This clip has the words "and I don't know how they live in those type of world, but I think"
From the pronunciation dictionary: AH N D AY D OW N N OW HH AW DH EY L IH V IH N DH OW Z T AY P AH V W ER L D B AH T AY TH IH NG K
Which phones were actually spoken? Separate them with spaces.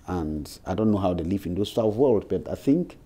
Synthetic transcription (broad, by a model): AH N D AY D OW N N OW HH AW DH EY L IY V IH N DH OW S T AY AH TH W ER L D B AH T AY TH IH NG K